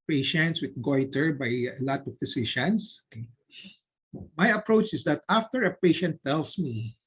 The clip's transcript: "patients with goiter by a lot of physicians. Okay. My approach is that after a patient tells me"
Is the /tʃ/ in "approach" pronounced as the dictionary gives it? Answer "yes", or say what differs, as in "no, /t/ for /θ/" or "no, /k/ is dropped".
yes